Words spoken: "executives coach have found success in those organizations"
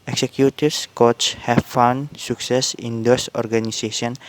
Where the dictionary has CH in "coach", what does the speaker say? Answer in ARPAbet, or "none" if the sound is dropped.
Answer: S